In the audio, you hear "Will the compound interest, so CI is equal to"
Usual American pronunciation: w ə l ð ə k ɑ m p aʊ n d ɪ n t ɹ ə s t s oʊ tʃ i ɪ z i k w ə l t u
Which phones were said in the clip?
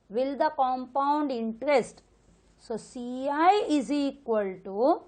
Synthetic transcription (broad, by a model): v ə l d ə k ɑ m p aʊ n d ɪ n t ɹ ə s t s oʊ s i ɪ z i k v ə l t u